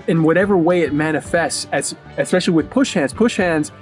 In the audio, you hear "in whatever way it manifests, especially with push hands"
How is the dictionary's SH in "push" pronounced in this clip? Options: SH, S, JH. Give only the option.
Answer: SH